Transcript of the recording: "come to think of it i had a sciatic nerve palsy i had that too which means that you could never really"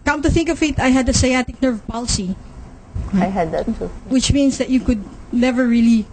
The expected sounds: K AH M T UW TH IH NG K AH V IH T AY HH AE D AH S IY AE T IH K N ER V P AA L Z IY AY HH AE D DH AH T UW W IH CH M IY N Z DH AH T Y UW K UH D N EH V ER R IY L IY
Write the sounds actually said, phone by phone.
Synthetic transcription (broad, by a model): K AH M T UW TH IH NG K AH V IH T AY HH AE D AH S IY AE T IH K N ER V P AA L S IY AY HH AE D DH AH T UW W IH CH M IY N S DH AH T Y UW K UH D N EH V ER R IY L IY